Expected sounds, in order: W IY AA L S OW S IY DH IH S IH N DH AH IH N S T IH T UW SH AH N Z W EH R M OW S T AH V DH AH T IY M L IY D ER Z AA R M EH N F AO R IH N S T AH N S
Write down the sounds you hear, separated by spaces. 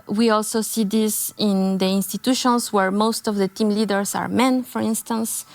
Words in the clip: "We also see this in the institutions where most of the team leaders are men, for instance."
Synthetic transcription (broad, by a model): W IY AA L S OW S IY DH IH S IH N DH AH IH N S T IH T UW SH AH N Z W EH R M OW S T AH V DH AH T IY M L IY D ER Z AA R M EH N F AO R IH N S T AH N S